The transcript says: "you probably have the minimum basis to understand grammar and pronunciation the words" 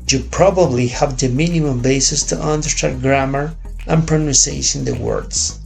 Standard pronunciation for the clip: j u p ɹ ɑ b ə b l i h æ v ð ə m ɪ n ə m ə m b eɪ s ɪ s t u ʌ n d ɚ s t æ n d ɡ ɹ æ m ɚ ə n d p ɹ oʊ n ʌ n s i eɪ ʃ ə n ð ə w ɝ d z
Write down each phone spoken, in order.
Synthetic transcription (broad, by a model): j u p ɹ ɑ b ə b l i h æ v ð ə m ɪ n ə m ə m b eɪ s ɪ s t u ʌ n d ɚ t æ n ɡ ɹ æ m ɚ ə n p ɹ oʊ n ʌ n s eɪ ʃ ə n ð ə w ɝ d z